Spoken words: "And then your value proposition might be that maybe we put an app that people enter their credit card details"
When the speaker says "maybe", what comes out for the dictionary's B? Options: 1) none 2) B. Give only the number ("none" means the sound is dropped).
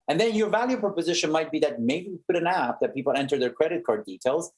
1